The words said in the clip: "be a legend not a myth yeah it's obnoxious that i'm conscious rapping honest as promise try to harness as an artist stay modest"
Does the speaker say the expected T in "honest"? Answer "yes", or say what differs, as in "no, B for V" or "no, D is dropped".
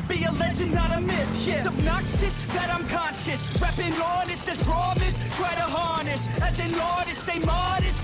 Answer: no, T is dropped